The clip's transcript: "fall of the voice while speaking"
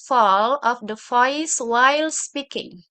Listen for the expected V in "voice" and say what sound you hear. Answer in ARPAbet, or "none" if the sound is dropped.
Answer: F